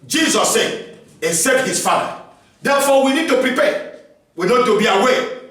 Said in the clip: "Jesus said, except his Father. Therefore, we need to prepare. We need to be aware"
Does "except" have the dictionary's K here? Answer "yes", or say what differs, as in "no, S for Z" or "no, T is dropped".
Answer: no, K is dropped